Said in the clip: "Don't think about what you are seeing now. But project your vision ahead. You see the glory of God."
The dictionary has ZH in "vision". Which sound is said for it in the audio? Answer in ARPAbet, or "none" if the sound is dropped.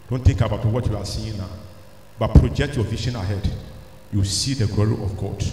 SH